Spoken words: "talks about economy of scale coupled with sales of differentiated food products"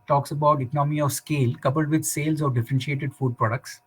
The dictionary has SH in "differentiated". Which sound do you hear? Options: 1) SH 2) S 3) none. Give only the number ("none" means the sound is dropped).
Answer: 1